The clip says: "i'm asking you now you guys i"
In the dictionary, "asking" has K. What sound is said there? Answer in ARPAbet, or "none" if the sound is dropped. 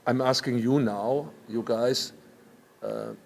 K